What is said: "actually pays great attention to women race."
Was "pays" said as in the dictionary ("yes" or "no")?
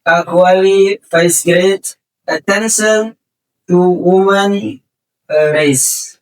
no